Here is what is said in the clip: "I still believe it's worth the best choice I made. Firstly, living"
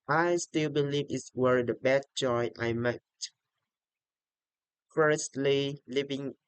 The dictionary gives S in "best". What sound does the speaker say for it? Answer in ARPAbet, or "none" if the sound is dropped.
none